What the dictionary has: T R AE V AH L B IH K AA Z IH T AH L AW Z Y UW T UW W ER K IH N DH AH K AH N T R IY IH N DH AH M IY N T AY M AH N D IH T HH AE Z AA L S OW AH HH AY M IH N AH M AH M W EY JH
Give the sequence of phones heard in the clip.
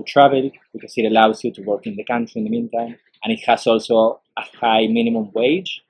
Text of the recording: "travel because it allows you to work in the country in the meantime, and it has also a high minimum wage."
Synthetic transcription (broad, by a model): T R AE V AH L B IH K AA S IH T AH L AW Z Y UW T UW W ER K IH N DH AH K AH N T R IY IH N DH AH M IY N T AY M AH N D IH T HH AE S AA L S OW AH HH AY M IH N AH M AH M W EY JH